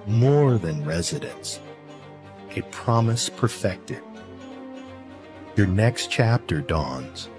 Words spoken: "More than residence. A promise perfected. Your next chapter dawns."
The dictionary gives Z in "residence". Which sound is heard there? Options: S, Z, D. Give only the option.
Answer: Z